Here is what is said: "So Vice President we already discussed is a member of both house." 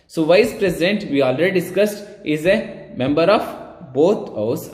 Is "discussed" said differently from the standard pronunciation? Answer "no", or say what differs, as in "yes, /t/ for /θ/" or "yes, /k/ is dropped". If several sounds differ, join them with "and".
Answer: no